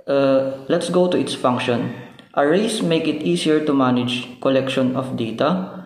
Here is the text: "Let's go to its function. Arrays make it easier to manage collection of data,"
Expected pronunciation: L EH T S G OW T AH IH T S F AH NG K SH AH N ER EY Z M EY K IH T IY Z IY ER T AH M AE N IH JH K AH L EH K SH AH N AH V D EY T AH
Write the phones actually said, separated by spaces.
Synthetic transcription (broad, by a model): L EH T S G OW T AH IH T S F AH NG K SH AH N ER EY S M EY K IH T IY S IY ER T AH M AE N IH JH K AH L EH K SH AH N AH F D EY T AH